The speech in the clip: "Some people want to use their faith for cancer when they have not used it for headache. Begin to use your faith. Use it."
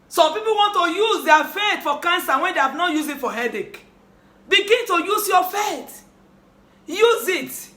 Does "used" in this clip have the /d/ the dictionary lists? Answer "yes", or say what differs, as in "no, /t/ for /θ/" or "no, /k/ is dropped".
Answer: no, /d/ is dropped